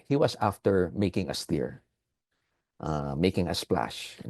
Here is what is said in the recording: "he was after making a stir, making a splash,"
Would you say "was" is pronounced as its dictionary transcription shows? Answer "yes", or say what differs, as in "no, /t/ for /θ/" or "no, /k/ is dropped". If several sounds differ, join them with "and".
no, /s/ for /z/